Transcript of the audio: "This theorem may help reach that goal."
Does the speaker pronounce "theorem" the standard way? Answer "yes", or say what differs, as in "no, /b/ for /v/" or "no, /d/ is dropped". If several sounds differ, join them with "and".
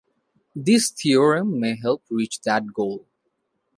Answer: no, /t/ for /θ/